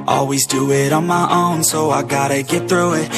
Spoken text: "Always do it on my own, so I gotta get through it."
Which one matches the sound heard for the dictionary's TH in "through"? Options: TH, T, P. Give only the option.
TH